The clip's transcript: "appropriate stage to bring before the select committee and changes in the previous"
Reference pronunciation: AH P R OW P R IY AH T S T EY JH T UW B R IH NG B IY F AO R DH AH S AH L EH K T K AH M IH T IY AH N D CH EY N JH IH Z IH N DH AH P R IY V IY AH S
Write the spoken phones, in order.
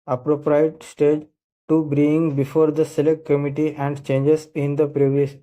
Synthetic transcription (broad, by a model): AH P R OW P R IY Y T S T EY JH T UW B R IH NG B IY F AO R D AH S AH L EH K T K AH M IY T IY AH N D CH EY N JH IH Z IH N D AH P R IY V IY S